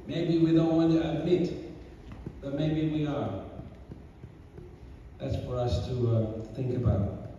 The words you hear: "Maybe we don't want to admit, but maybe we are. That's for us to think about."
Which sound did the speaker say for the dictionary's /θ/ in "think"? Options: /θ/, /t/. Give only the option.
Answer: /θ/